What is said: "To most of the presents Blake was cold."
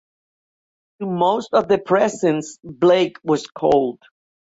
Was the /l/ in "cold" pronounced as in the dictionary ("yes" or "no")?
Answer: yes